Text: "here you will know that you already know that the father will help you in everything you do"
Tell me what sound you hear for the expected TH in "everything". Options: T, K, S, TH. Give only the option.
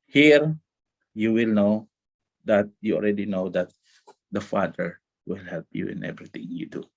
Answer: T